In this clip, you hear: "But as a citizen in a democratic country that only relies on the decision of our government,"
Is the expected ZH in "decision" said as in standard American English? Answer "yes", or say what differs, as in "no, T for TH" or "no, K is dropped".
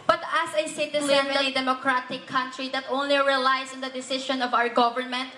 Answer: no, SH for ZH